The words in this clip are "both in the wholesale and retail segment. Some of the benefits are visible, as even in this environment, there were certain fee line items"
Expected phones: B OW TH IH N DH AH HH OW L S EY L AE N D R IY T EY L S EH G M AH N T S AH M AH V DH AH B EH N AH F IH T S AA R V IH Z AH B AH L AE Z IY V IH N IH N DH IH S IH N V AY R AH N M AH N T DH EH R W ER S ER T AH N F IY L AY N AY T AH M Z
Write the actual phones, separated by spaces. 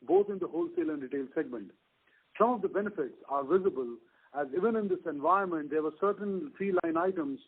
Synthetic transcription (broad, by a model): B OW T IH N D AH HH OW L S EY L AE N D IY T EY L S EH G M AH N T S AH M AH V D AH B EH N AH F IH T S AA R V IH Z AH B AH L AE Z IY V IH N IH N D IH S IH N V AY AH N M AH N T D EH R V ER S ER T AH N F IY L AY N AY T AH M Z